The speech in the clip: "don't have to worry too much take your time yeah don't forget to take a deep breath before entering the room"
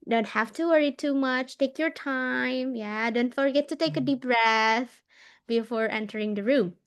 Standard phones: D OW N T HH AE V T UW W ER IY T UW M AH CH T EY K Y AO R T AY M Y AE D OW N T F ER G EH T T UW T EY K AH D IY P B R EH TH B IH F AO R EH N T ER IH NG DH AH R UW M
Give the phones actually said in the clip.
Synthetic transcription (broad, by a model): D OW N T HH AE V T UW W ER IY T UW M AH CH T EY K Y AO R T AY M Y AE D OW N T F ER G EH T T UW T EY K AH D IY P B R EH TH B IH F AO R EH N T ER IH NG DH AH R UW M